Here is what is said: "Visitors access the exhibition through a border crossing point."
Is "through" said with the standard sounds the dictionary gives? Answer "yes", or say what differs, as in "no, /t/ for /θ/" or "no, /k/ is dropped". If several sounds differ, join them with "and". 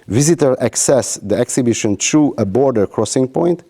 no, /t/ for /θ/